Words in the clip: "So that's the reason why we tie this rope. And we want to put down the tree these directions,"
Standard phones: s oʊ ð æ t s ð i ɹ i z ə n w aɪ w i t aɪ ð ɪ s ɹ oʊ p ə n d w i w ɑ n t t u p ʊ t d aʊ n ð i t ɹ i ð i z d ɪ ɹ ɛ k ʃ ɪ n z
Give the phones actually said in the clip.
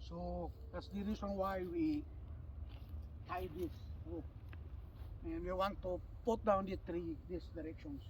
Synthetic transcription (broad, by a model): s oʊ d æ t s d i ɹ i s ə n w aɪ w i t aɪ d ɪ s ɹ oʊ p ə n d w i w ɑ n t t u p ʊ t d aʊ n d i t ɹ i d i s d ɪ ɹ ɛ k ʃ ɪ n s